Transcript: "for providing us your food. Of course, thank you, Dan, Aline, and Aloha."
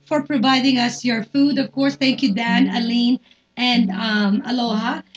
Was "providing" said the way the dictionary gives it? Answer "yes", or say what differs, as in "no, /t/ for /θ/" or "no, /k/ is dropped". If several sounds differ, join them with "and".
yes